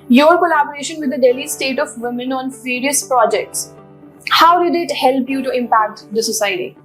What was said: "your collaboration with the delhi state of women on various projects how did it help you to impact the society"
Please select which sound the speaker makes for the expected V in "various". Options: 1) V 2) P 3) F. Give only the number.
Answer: 3